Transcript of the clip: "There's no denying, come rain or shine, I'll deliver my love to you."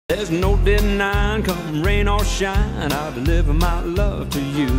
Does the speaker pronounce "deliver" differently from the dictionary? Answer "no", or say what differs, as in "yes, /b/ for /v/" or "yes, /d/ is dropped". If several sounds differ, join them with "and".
no